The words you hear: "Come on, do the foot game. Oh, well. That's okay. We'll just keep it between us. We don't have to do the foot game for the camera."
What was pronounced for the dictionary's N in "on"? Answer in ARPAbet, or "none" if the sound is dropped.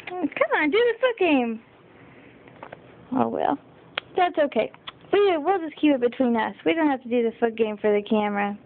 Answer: N